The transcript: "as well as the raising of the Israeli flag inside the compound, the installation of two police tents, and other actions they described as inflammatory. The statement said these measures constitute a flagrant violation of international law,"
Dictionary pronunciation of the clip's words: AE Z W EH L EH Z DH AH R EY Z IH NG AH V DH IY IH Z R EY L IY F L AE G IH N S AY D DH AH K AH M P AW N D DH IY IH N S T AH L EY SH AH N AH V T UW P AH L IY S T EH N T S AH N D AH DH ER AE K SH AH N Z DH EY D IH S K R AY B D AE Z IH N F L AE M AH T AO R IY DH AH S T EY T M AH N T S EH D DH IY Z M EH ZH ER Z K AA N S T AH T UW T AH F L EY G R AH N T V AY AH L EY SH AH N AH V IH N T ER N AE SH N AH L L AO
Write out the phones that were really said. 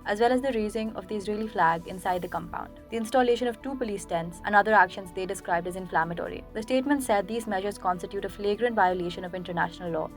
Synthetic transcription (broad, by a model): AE Z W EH L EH Z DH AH R EY Z IH NG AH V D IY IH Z R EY L IY F L AE G IH N S AY D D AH K AH M P AW N D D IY IH N S T AH L EY SH AH N AH V T UW P AH L IY S T EH N T S AH N D AH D ER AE K SH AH N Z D EY D IH S K R AY B D AE Z IH N F L AE M AH T AO R IY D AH S T EY T M AH N T S EH D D IY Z M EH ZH ER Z K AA N S T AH T UW T AH F L EY G R AH N T V AY AH L EY SH AH N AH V IH N T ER N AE SH N AH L L AO